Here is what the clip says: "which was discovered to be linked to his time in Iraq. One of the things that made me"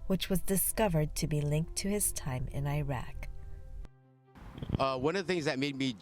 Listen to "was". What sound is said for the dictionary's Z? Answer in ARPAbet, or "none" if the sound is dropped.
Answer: Z